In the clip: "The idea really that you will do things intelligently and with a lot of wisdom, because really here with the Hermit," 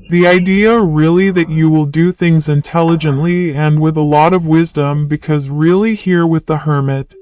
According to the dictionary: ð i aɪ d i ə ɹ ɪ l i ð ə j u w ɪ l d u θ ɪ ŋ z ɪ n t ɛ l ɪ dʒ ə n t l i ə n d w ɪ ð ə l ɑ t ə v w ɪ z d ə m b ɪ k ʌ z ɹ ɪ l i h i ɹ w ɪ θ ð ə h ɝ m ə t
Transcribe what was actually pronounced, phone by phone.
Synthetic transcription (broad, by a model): ð i aɪ d i ə ɹ ɪ l i ð ə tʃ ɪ w ɪ l d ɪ θ ɪ ŋ z ɪ n t ɛ l ɪ dʒ ə n t l i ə n w ɪ ð ə l ɑ t ə v w ɪ z d ə m b ɪ k ʌ z ɹ ɪ l i h i ɹ w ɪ ð ə h ɝ m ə t